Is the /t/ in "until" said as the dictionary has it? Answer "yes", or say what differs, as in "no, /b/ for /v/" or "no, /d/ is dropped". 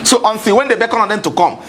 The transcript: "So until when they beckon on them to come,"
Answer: no, /s/ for /t/